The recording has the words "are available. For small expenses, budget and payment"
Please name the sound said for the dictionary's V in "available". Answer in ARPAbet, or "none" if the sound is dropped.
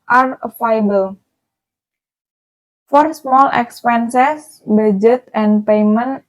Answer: F